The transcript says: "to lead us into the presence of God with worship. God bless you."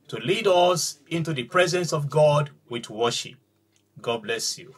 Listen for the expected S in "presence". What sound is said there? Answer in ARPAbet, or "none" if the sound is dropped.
S